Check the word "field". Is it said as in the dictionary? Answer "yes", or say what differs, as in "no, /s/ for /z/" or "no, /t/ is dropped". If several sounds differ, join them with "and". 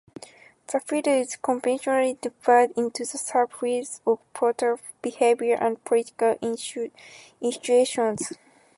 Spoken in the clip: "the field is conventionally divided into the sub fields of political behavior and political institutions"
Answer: no, /l/ is dropped